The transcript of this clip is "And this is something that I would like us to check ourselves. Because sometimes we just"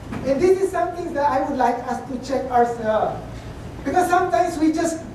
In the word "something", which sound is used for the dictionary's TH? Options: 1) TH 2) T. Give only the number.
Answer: 2